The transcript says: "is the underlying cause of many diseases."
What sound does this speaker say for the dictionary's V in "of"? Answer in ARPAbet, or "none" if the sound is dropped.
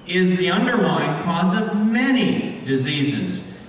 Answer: V